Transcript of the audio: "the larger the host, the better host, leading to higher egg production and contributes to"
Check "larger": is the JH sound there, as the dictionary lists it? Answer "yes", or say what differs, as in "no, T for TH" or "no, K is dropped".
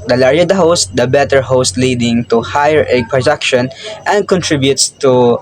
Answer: no, JH is dropped